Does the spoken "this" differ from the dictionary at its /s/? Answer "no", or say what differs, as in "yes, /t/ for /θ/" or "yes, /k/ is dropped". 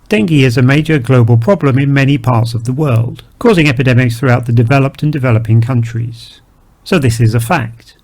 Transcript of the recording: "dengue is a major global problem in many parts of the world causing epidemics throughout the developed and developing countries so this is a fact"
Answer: no